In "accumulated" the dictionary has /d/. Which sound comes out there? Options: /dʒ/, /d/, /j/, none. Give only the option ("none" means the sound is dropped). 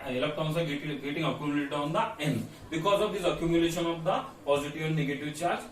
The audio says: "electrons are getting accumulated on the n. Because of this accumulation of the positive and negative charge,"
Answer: none